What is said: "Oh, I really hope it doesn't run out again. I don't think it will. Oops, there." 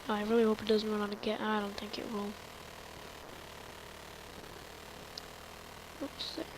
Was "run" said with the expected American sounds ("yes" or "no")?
no